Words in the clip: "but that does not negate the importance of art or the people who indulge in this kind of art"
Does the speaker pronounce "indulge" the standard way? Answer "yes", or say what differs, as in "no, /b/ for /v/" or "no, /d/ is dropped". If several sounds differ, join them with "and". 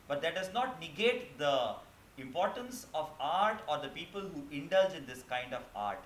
yes